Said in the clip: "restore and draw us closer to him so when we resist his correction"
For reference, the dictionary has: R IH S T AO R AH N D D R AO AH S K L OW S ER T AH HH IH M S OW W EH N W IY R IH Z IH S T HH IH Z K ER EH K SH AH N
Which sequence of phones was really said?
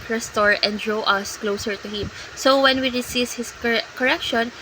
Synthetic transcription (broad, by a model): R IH S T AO R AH N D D R AO AH S K L OW S ER T AH HH IH M S OW W EH N W IY R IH S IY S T HH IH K K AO EH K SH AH N